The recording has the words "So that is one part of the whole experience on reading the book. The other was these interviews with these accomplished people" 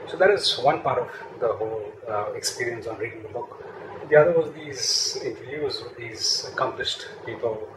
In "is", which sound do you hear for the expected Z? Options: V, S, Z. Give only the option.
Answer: Z